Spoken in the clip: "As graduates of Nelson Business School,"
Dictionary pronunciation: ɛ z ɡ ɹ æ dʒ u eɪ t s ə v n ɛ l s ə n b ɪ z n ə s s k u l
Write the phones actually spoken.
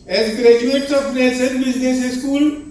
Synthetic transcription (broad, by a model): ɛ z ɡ ɹ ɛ dʒ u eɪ t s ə p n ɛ s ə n b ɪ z n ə s s k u l